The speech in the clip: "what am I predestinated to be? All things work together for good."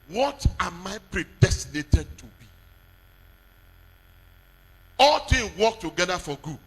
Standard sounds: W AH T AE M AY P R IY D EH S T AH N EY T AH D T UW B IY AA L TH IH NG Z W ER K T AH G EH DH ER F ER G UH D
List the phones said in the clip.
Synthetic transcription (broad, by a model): W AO T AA M AY P R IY D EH S T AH N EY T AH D T UW B IY AA L T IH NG W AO K T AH G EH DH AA F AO G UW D